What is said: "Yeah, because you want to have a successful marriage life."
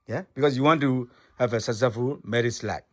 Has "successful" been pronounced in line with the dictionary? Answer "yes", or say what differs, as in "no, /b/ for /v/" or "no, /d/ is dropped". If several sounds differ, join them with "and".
no, /k/ is dropped and /s/ is dropped